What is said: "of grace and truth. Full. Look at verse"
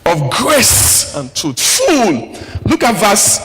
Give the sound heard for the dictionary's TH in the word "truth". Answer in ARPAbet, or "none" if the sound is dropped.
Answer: T